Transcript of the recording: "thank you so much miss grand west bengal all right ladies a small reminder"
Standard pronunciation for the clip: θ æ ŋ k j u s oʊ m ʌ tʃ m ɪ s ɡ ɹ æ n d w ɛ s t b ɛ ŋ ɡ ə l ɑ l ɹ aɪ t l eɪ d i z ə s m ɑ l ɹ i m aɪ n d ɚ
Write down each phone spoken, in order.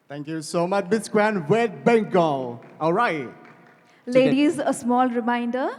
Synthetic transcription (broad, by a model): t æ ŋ k j u s oʊ m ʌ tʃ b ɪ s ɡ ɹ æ n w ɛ t b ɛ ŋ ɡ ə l ɑ l ɹ aɪ t l eɪ d i z ə s m ɑ l ɹ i m aɪ n d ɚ